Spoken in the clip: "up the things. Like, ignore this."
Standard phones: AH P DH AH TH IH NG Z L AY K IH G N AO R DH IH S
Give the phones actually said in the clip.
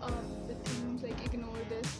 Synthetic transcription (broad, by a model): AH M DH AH S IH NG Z L AY K IH G N AO R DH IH S